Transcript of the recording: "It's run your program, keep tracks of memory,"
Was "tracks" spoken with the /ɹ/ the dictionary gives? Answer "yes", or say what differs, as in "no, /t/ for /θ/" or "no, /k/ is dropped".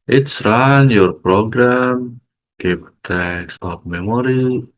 no, /ɹ/ is dropped